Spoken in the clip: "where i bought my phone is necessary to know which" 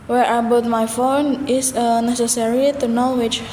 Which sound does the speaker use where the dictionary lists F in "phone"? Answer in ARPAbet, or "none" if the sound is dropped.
F